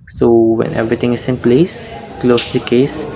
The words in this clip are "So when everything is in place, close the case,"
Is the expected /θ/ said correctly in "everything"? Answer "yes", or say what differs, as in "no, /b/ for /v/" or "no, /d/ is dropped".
no, /t/ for /θ/